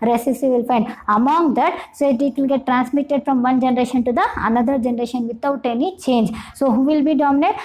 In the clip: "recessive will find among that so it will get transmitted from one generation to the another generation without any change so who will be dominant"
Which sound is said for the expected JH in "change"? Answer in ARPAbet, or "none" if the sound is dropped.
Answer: JH